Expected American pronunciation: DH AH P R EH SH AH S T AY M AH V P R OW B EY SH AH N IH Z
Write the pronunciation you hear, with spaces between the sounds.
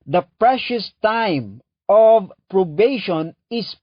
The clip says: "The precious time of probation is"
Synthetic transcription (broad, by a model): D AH P R EH SH AH S T AY M AH V P R OW B EY SH AH N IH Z